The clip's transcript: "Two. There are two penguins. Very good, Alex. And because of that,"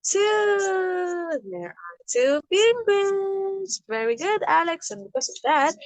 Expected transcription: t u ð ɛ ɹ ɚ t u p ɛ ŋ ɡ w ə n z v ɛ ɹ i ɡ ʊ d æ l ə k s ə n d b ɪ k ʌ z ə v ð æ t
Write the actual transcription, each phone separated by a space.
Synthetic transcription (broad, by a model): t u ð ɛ ɹ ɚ t u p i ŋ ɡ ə z v ɛ ɹ i ɡ ʊ d æ l ə k s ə n b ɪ k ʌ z ə v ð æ t